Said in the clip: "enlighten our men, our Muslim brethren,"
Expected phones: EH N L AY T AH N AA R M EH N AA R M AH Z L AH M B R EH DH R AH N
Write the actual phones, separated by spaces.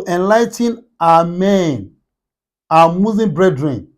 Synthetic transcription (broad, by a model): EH N L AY T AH N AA M EH N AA M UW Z AH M B R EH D R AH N